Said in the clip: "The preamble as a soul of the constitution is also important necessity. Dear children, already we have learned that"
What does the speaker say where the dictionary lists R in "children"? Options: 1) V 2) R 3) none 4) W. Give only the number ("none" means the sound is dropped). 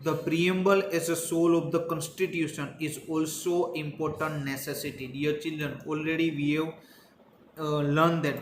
2